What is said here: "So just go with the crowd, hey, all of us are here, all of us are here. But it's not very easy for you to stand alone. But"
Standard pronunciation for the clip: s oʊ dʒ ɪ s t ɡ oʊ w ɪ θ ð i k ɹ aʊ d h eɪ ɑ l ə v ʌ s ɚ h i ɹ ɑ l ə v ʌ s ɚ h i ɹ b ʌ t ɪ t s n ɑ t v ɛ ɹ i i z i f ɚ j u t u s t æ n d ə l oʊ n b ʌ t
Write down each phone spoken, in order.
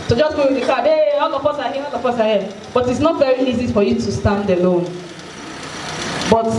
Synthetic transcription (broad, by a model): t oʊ dʒ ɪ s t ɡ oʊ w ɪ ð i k aʊ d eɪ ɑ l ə p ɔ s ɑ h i ɑ l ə p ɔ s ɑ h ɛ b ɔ t ɪ t s n ɑ t v ɛ ɹ i i z i f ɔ j u t u s t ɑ n d ə l oʊ n b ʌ t